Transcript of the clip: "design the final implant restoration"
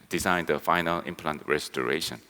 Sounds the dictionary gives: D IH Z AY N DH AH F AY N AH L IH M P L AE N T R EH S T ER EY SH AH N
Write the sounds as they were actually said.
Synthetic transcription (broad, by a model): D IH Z AY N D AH F AY N AH L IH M P L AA N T R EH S T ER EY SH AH N